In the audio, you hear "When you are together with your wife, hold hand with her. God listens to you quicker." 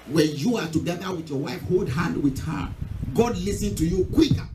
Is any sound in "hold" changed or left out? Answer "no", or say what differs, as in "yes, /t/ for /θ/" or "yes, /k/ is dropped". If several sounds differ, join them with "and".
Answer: no